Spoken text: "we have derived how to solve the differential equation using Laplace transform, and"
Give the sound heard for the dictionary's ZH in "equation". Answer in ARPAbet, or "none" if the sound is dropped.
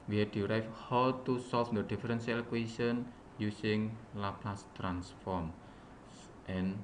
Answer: S